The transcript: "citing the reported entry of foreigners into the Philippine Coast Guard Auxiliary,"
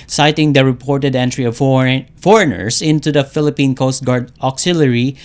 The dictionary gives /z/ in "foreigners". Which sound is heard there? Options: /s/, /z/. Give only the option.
/s/